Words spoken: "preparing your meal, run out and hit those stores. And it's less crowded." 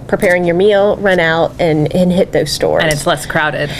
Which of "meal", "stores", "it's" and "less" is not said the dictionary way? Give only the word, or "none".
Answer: stores